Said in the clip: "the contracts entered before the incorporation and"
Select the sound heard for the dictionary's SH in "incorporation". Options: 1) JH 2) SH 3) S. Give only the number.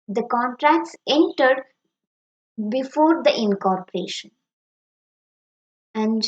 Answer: 2